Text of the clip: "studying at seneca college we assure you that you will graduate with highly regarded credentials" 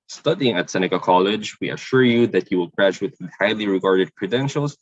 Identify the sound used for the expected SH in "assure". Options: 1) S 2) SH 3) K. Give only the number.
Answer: 2